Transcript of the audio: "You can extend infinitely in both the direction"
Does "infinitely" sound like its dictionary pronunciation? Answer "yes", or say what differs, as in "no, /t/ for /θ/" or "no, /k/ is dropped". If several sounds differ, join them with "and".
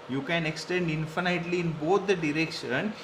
yes